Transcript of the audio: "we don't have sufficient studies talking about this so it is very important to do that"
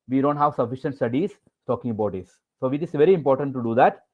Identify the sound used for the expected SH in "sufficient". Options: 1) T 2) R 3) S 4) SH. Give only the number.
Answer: 4